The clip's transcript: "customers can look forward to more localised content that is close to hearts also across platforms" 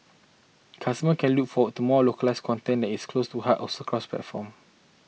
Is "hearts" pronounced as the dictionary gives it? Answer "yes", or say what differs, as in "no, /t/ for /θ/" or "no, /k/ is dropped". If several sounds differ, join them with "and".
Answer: no, /s/ is dropped